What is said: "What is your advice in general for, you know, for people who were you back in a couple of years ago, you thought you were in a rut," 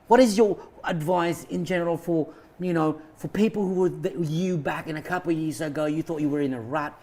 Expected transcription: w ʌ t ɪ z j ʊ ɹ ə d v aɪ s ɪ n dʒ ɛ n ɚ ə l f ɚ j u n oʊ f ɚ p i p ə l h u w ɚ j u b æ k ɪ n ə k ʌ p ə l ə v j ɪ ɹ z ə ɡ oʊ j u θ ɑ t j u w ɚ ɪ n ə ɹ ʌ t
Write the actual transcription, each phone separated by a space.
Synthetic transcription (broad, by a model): w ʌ t ɪ z j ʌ ɹ ə d v aɪ s ɪ n dʒ ɛ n ɚ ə l f ɚ j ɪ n oʊ f ɚ p i p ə l h u w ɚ j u b æ k ɪ n ə k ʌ p l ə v j ɪ ɹ z ə ɡ oʊ j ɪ θ ɑ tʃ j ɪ w ɚ ɪ n ə ɹ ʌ t